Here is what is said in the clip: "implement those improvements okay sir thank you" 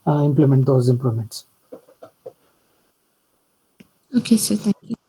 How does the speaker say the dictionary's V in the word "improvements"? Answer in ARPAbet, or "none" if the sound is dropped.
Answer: none